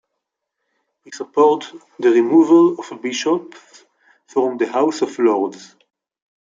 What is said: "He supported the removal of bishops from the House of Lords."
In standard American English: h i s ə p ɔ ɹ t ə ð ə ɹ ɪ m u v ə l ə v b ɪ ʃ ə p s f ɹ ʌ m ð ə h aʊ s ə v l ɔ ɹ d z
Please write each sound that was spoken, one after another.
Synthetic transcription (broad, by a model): h i s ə p ɔ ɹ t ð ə ɹ ɪ m u v ə l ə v b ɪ ʃ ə p f ɹ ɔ m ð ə h aʊ s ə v l ɔ ɹ d z